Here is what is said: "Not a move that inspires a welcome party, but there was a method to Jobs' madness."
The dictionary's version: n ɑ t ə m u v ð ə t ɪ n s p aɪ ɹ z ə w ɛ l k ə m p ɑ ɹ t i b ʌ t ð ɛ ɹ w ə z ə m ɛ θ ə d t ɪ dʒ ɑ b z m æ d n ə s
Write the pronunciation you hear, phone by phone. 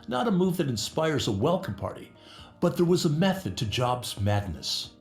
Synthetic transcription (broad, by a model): n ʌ t ə m u v ð ə t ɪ n s p aɪ ɹ z ə w ɛ l k ə m p ɑ ɹ t i b ʌ t ð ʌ ɹ w ə z ə m ɛ θ ə d t ɪ dʒ ɑ b z m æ d n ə s